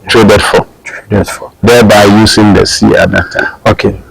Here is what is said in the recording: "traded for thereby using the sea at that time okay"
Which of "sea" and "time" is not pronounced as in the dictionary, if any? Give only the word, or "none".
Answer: time